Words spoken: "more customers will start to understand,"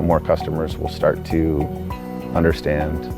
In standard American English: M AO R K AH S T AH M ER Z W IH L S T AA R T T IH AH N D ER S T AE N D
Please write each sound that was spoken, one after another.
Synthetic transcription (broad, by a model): M AO R K AH S T AH M ER Z W IH L S T AA R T T IH AH N D ER S T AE N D